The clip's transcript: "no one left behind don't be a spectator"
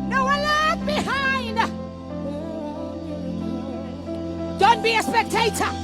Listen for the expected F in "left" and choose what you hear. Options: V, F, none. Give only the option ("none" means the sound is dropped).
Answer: none